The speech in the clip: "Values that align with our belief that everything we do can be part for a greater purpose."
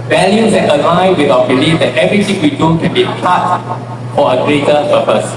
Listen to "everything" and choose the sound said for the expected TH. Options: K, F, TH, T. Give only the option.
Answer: T